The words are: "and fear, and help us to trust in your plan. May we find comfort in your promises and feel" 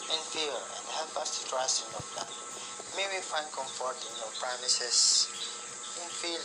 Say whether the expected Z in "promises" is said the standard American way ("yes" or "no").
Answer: no